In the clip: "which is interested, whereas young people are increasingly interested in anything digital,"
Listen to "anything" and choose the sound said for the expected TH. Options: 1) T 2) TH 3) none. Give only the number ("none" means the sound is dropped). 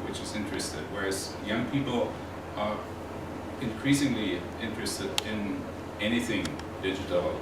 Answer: 2